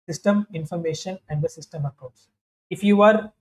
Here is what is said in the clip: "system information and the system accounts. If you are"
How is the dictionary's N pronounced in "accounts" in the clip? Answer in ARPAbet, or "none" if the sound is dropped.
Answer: none